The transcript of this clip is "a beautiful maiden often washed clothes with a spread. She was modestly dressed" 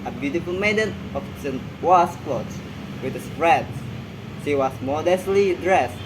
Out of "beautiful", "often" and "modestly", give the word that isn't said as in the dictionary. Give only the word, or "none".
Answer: often